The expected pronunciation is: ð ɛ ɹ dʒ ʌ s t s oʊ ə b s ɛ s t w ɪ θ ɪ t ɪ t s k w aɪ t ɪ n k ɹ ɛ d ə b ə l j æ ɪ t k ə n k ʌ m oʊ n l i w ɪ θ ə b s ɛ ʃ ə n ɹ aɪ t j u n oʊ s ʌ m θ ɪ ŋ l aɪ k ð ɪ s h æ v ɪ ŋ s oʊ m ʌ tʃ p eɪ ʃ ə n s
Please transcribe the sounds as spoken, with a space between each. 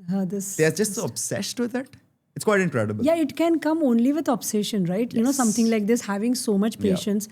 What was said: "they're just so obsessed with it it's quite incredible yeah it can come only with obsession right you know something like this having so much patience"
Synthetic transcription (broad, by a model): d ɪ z dʒ ʌ s t s oʊ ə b s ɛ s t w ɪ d ɪ t ɪ t s k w aɪ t ɪ n k ɹ ɛ d ə b ə l j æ ɪ t k ə n k ʌ m oʊ n l i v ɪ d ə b s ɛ ʃ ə n ɹ aɪ t j u n oʊ s ʌ m t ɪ ŋ l aɪ k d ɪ s h æ v ɪ ŋ s oʊ m ʌ tʃ p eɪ ʃ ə n s